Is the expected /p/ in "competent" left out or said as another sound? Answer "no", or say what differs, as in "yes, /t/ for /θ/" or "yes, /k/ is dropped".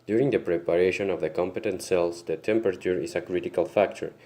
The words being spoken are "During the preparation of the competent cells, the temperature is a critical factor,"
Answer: no